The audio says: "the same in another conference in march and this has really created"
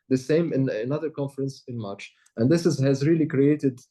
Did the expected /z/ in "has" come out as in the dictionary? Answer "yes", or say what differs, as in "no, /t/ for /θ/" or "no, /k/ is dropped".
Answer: yes